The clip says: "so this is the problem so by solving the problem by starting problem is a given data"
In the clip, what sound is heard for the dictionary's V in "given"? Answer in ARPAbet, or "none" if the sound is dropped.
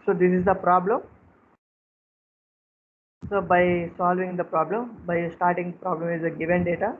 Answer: V